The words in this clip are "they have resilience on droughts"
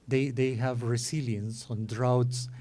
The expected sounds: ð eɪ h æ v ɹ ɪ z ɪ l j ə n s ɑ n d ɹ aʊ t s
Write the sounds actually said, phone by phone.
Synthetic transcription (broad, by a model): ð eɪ h æ v ɹ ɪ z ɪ l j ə n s ɑ n d ɹ aʊ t s